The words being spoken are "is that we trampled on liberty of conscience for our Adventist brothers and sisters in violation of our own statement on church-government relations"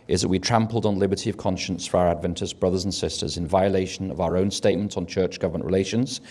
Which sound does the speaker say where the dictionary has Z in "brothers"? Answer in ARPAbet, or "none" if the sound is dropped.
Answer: Z